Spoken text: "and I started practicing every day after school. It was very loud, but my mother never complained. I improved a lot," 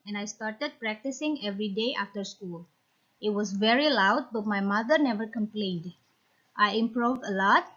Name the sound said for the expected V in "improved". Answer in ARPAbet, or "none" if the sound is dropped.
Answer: V